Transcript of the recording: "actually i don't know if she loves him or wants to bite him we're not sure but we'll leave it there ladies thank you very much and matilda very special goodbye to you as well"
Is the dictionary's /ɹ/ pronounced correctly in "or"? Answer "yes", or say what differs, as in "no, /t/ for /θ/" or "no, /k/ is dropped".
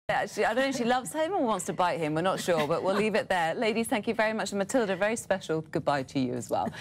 no, /w/ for /ɹ/